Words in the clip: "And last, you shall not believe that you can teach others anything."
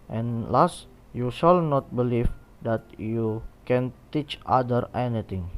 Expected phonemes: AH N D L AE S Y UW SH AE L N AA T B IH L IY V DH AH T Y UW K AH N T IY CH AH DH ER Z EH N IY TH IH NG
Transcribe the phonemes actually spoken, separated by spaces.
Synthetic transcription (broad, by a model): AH N L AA S Y UW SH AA L N AA T B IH L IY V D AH T Y UW K AH N T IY CH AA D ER EH N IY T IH NG